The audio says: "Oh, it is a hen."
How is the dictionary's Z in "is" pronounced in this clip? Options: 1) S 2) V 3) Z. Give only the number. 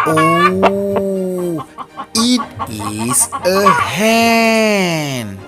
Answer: 1